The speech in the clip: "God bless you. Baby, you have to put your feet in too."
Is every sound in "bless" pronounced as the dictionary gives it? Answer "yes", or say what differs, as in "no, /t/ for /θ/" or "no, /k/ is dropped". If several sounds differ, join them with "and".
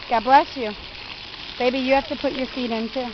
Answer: yes